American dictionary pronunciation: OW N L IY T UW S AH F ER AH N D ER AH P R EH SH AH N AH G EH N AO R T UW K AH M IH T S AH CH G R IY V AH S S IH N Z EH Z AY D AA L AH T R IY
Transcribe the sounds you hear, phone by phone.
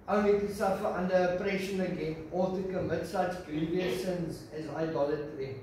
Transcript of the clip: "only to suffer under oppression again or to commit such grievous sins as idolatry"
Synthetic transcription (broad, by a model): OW N L IY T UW S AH F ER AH N D ER AH P R EH SH AH N AH G EH N AO L T UW K AH M IH T S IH S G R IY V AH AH S IH N Z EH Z AY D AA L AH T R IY